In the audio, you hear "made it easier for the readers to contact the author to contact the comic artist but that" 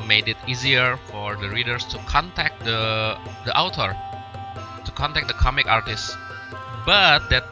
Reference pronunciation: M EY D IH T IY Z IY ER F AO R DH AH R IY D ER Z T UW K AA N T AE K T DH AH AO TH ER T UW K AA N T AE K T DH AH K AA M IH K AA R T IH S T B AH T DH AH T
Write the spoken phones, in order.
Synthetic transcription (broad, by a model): M EY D IH T IY Z IY ER F AO R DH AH R IY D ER S T UW K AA N T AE K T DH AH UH T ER T UW K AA N T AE K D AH K AA M IH K AA R T IH S T B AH T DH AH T